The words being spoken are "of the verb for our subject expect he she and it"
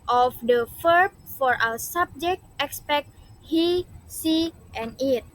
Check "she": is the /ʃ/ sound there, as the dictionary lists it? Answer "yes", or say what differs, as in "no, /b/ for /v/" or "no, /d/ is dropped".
no, /s/ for /ʃ/